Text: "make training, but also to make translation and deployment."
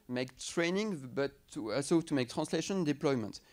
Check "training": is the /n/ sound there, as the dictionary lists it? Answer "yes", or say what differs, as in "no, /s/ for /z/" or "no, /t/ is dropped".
yes